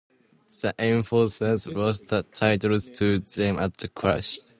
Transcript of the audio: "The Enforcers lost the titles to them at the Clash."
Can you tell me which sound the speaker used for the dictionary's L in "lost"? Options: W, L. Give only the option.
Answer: W